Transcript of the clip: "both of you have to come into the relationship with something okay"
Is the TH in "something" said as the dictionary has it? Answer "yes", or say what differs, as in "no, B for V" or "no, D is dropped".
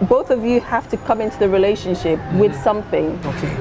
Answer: yes